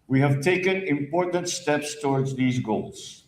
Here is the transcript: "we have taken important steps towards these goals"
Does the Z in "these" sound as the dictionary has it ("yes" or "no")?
yes